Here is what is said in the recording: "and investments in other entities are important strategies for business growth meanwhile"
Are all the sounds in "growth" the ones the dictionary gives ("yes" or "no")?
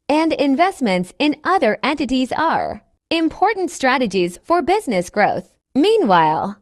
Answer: yes